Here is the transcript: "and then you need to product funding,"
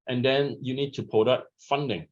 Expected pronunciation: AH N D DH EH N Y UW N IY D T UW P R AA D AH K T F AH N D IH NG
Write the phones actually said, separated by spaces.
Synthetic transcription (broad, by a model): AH N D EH N Y UW N IY D T UW P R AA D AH T F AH N D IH NG